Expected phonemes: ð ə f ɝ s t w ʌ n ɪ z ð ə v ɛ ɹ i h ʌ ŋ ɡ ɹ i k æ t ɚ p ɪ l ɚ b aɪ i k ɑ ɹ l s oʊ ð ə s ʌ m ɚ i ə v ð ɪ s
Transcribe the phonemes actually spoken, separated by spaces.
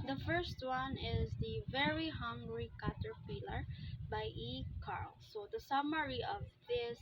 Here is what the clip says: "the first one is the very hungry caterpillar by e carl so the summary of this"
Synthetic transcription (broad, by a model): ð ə f ɝ s t w ʌ n ɪ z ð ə v ɛ ɹ i h ʌ ŋ ɡ ɹ i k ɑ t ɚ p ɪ l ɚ b aɪ i k ɑ ɹ l s oʊ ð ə s ʌ m ɚ i ə v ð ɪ s